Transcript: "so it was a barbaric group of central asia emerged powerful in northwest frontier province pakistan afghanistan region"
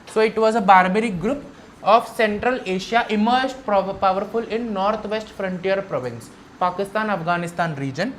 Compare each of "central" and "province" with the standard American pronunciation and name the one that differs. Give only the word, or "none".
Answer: none